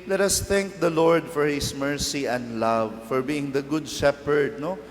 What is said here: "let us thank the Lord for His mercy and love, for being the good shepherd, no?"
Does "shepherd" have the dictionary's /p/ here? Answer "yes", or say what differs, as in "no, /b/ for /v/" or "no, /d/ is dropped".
yes